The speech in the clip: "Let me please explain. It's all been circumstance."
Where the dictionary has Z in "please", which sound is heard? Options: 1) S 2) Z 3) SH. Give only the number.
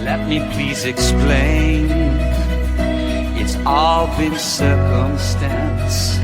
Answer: 2